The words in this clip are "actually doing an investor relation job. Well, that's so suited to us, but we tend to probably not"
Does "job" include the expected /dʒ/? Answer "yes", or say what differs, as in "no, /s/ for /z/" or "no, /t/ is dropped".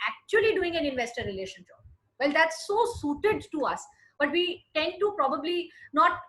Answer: no, /ʃ/ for /dʒ/